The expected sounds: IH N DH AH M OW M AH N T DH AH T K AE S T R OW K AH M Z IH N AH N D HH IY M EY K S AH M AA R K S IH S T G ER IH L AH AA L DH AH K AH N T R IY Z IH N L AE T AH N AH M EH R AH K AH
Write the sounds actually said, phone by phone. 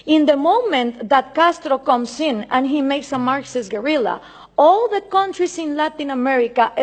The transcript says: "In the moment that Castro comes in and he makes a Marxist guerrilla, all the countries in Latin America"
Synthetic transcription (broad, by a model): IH N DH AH M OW M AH N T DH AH T K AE S T R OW K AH M S IH N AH N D HH IY M EY K S AH M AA R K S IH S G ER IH L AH AA L DH AH K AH N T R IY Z IH N L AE T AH N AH M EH R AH K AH